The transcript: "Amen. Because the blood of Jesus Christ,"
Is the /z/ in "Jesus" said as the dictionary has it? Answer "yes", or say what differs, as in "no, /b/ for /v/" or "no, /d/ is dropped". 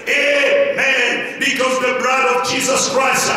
yes